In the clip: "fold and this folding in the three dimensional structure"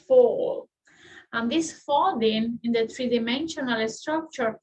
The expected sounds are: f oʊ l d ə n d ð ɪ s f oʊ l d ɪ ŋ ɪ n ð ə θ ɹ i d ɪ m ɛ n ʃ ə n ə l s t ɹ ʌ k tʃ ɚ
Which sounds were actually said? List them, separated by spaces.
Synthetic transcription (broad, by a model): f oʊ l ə n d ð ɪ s f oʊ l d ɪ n ɪ n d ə t ɹ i d ɪ m ɛ n ʃ ə n ə l s t ɹ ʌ k tʃ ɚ